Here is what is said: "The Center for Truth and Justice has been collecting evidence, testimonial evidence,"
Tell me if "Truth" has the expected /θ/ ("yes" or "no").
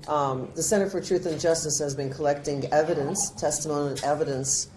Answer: yes